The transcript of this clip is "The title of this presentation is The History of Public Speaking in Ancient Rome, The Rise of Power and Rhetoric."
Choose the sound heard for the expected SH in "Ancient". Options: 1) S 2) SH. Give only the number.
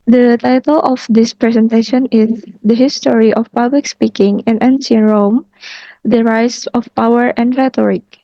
1